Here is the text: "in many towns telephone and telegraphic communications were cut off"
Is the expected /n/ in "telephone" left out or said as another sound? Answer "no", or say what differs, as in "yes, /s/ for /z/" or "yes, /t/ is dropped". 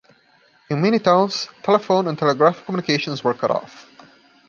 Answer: no